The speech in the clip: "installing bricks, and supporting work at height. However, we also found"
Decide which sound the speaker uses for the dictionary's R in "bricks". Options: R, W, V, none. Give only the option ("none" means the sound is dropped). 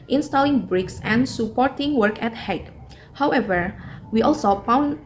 R